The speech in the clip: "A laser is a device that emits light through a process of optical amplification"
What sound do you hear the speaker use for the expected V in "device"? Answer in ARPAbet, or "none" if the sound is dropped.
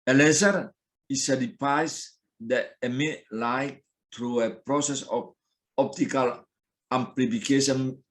P